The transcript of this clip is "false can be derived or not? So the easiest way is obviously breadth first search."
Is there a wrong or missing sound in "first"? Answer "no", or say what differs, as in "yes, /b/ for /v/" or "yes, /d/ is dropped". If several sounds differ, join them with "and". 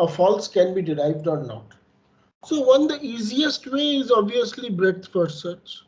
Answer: yes, /s/ is dropped